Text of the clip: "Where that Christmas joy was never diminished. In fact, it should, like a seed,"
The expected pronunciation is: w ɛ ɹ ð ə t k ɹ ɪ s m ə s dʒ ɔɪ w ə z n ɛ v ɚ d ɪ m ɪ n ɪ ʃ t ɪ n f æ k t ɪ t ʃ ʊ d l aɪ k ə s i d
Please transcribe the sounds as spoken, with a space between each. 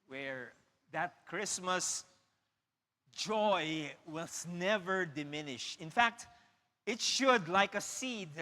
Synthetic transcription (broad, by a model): w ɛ ɹ ð ə t k ɹ ɪ s m ə s dʒ ɔɪ w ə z n ɛ v ɚ d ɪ m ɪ n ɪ ʃ ɪ n f æ k t ɪ t ʃ ʊ d l aɪ k ə s i d